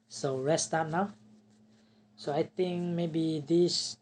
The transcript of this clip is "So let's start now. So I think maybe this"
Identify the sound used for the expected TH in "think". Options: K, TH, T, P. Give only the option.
T